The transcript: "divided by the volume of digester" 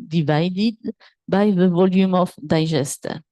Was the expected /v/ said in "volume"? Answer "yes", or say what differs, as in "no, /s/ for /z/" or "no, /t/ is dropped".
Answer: yes